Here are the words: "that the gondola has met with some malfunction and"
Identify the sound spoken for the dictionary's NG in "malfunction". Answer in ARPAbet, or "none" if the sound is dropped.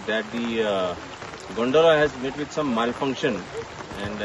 NG